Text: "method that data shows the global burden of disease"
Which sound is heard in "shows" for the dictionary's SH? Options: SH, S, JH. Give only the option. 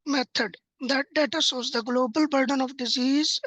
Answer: S